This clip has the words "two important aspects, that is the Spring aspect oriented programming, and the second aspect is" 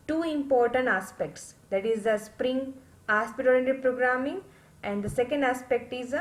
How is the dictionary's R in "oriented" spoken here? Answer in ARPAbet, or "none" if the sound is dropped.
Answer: L